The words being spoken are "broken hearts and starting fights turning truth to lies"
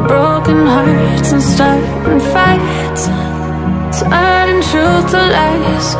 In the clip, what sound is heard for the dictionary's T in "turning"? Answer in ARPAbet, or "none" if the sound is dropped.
S